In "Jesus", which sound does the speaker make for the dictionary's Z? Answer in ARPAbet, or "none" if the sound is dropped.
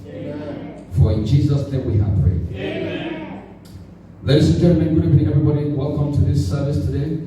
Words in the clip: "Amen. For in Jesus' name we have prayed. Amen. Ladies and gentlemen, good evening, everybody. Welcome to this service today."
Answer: Z